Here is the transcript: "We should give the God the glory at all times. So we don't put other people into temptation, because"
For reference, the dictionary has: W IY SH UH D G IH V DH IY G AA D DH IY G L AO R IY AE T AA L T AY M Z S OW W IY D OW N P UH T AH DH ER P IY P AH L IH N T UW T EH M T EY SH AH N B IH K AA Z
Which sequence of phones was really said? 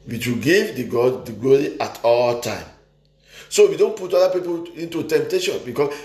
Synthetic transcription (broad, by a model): W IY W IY G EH V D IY G AA D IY G L AO R IY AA T AA L T AY M S OW W IY D OW N P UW T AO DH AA P IY P AH L IH N T UW T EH M T EY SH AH N B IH K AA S